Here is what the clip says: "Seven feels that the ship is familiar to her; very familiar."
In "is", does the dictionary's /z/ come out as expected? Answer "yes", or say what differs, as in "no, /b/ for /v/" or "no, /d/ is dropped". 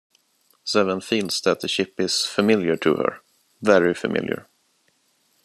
no, /s/ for /z/